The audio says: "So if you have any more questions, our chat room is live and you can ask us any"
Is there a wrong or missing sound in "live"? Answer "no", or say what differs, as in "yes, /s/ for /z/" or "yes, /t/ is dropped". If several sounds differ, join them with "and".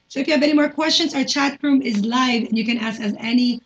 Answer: no